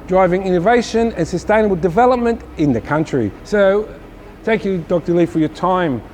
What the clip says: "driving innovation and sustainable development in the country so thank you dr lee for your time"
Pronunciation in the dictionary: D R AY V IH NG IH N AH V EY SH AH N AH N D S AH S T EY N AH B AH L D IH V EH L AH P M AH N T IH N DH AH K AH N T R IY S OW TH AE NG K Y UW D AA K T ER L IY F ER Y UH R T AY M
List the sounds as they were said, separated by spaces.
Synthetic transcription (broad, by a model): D R AY V IH NG IH N AH V EY SH AH N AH N S AH S T EY N AH B AH L D IH V EH L AH P M AH N T IH N DH AH K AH N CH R IY S OW TH AE NG K Y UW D AA K T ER L IY F ER Y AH R T AY M